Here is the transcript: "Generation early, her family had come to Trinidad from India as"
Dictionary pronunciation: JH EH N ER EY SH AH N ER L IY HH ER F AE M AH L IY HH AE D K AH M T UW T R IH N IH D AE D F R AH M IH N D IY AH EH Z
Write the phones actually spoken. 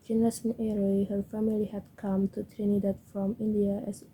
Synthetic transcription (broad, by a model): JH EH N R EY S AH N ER IY HH ER F AE M AH L IY HH AE D K AH M T UW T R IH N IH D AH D F R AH M IH N D IY AH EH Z